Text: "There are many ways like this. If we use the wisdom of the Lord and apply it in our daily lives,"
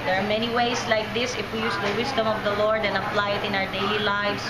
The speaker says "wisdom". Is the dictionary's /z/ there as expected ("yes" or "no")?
no